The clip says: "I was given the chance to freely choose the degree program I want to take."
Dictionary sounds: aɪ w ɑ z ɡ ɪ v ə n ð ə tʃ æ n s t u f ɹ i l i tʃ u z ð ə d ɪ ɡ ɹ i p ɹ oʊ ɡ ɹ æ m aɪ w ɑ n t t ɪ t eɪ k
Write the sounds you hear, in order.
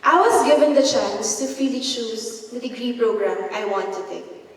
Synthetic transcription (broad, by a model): aɪ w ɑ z ɡ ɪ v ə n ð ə tʃ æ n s t u f i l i ʃ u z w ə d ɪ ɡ ɹ i p ɹ oʊ ɡ ɹ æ m aɪ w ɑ n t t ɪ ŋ k